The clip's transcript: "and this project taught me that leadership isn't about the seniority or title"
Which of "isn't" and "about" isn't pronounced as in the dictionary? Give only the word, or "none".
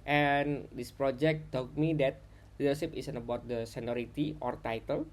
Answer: isn't